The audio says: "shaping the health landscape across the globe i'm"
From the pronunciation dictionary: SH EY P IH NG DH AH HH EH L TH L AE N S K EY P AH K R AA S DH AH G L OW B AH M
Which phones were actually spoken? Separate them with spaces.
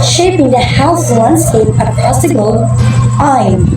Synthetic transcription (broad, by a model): SH EY P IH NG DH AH HH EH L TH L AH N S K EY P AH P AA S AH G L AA AH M